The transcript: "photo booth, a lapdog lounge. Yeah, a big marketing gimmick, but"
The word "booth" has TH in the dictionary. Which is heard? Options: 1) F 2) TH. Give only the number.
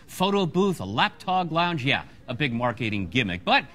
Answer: 2